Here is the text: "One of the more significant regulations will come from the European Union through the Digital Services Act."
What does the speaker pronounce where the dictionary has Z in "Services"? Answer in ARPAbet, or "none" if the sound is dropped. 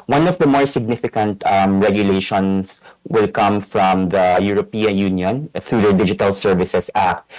S